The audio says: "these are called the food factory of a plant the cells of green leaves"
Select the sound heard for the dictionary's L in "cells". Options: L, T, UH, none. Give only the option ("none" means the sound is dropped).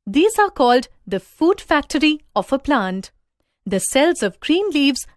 L